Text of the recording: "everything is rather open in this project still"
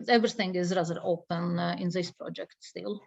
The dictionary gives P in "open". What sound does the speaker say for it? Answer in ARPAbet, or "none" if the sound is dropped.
P